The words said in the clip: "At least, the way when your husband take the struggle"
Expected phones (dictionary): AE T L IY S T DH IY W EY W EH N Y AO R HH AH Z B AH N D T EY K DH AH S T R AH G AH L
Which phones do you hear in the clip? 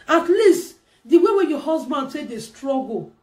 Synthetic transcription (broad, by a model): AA T L IY S T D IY W EY W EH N Y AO HH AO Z B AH N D S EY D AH S T R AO G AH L